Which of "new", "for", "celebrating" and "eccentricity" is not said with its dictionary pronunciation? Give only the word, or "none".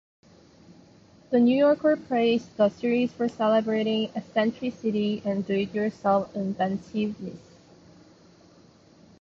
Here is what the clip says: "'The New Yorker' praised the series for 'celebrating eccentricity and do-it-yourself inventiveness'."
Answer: eccentricity